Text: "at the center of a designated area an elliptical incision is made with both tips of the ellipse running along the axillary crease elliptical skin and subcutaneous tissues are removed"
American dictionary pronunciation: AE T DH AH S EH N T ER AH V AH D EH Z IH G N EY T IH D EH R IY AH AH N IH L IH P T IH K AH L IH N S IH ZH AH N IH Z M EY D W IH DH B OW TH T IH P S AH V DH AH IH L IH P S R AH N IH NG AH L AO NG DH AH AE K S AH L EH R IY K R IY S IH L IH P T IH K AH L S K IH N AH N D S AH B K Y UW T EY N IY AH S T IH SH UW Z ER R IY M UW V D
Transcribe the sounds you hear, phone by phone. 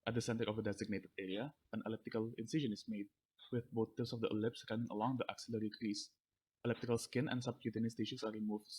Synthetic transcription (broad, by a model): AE T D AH S EH N T ER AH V AH D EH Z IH G N EY T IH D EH R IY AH AH N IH L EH P T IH K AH L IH N S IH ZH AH N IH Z M EY D W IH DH B OW T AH S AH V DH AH IH L IH P S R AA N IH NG AH L AO NG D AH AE K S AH L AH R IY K R IY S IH L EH P T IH K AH L S K IH N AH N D S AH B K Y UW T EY N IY S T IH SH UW S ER R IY M UW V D